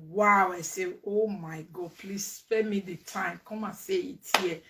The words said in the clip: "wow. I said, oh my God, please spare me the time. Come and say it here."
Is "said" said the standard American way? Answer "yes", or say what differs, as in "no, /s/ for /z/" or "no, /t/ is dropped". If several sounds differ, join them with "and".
no, /d/ is dropped